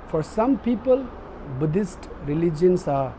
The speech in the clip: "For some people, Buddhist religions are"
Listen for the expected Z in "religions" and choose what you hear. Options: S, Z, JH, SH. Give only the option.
S